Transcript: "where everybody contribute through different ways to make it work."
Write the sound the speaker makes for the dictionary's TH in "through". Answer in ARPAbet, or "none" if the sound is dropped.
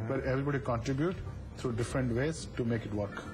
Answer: T